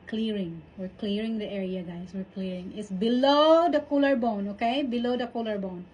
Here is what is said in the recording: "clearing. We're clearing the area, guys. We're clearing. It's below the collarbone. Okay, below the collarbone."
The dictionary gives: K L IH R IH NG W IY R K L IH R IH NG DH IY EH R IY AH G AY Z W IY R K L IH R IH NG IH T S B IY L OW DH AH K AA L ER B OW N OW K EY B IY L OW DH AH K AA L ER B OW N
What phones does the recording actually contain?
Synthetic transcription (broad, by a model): K L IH R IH NG W IY R K L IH R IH NG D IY EH R IY AH G AY S W IY R K L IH R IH NG IH T S B IY L OW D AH K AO L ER B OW N OW K EY B IY L OW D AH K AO L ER B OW N